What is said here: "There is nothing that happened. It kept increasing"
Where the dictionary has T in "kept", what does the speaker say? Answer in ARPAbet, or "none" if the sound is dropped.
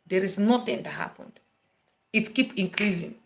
none